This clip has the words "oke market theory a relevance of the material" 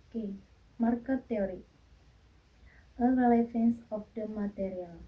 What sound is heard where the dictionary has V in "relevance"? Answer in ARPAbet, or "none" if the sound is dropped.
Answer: F